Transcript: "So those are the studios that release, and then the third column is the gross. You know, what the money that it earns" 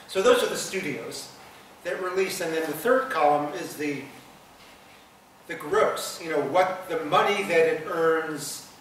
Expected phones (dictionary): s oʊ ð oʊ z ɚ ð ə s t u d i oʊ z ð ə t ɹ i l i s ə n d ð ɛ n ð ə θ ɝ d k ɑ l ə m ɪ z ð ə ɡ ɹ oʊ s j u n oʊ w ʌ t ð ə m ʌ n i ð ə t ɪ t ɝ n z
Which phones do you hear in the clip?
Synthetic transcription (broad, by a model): s oʊ ð oʊ z ɚ ð ə s t u d i oʊ z ð ə t ɹ i l i s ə n ð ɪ n ð ə θ ɝ d k ɑ l ə m ɪ z ð ə ɡ ɹ oʊ s j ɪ n oʊ w ʌ t ð ə m ʌ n i ð ə t ɪ t ɝ n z